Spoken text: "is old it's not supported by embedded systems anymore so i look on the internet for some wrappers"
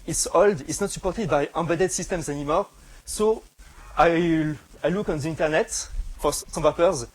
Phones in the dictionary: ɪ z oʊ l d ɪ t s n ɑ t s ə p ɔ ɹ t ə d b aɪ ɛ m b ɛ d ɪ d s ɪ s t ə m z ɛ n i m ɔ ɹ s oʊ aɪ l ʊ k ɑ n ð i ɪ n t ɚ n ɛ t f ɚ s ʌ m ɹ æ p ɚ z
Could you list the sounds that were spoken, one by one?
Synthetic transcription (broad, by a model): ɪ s oʊ l d ɪ t s n ɑ t s ə p ɔ ɹ t ə d b aɪ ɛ b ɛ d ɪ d s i s t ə m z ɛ n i m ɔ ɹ s oʊ aɪ l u k ɑ n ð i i n t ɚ n ɛ t f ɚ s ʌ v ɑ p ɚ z